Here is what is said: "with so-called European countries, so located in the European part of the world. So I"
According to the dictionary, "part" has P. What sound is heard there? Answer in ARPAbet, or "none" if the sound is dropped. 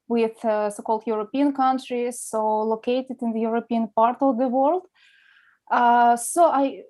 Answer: P